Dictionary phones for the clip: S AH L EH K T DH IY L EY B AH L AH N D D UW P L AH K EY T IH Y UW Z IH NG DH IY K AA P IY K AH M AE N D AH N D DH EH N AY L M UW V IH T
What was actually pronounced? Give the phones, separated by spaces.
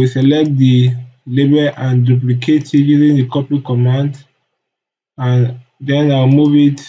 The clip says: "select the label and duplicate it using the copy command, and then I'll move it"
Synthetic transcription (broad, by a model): S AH L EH K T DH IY L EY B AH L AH N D D UW P L AH K EY T IH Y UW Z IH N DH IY K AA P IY K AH M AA N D AH N D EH N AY W M UW V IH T